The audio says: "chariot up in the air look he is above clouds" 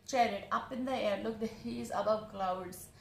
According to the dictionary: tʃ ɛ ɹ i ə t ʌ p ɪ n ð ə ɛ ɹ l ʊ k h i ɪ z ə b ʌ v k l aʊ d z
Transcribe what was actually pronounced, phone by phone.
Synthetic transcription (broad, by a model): tʃ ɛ ɹ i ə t ʌ p ɪ n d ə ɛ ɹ l ʊ k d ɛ ɪ z ə b ʌ v k l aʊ d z